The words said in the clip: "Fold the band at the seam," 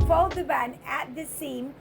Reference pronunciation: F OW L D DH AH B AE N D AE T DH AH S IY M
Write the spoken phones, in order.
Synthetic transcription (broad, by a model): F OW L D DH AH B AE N AE T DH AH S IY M